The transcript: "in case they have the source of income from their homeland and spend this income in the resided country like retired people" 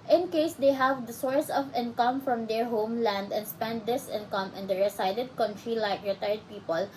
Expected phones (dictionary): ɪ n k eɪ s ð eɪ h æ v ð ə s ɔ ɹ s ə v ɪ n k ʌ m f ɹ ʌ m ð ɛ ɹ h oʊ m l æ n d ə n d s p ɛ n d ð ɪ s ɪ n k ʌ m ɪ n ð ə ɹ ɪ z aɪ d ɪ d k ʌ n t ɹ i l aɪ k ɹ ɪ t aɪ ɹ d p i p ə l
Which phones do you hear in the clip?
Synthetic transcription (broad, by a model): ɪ n k eɪ s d eɪ h æ v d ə s ɔ ɹ s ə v ɪ n k ʌ m f ɹ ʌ m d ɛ ɹ h oʊ m l æ n d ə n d s p ɛ n d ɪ s ɪ n k ʌ m ɪ n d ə ɹ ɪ s aɪ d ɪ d k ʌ n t ɹ i l aɪ k ɹ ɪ t aɪ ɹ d p i p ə l